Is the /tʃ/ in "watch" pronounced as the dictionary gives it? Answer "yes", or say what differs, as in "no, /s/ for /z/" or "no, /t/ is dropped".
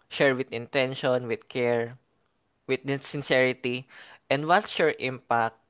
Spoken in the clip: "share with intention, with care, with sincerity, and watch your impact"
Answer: no, /s/ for /tʃ/